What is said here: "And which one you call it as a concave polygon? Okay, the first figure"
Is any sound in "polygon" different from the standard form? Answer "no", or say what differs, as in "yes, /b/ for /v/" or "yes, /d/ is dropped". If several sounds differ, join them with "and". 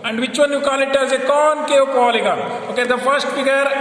yes, /n/ is dropped